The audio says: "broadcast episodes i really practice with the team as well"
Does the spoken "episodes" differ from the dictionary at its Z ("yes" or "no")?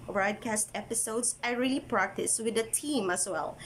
yes